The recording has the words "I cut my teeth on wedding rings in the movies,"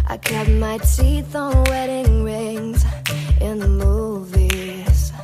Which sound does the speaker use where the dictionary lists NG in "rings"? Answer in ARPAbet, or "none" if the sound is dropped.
NG